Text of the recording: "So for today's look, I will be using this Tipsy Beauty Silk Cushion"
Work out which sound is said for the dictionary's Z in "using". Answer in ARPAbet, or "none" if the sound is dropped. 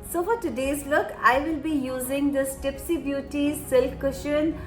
Z